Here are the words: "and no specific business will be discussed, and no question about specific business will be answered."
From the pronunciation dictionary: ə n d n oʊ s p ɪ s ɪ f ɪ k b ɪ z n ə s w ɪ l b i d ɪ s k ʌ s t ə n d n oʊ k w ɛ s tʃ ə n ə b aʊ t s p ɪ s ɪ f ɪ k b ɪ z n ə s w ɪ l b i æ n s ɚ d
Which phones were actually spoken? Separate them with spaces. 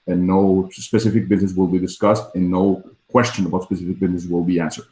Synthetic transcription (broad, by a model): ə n n oʊ s p ɪ s ɪ f ɪ k b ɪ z n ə s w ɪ l b i d ɪ s k ʌ s t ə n n oʊ k w ɛ s tʃ ə n ə b aʊ t s p ɪ s ɪ f ɪ k b ɪ z n ə s w ɪ l b i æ n s ɚ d